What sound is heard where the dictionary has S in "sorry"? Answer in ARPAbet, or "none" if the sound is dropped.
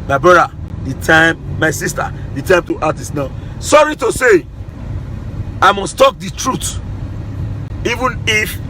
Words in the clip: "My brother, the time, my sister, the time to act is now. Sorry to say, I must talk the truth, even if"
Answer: S